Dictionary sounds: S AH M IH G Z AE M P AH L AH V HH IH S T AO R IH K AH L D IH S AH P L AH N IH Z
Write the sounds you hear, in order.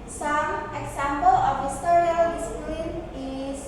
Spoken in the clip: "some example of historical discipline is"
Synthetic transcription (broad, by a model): S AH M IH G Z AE M P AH L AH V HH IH S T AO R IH AH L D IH S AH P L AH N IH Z